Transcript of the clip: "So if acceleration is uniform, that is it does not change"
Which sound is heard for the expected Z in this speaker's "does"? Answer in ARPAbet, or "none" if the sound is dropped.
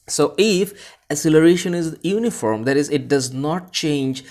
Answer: Z